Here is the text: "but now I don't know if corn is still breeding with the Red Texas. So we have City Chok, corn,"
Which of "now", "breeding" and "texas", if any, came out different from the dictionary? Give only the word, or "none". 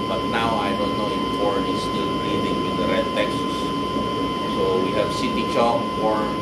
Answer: breeding